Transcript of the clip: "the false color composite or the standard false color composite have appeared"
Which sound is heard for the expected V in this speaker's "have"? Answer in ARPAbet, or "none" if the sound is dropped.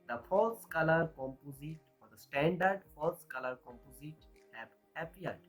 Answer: P